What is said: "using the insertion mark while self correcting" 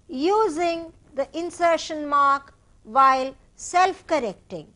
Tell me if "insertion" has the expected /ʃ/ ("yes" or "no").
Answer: yes